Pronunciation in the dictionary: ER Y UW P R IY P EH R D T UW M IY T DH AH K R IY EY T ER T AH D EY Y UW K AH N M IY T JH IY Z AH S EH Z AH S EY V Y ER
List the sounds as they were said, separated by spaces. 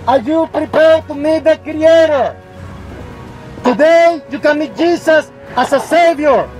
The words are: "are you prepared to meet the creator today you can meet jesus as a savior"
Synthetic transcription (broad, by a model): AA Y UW P R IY P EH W T UW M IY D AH K R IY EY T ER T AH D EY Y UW K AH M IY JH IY S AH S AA S AH S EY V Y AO